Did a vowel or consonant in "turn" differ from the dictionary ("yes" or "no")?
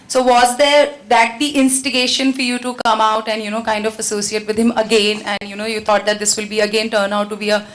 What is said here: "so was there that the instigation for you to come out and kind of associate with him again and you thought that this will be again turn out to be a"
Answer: no